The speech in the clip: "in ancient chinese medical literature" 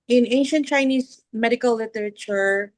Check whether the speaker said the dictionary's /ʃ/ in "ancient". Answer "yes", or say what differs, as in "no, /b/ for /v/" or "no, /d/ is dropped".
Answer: yes